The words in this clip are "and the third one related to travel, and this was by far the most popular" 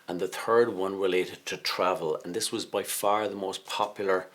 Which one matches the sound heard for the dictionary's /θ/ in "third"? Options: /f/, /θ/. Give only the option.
/θ/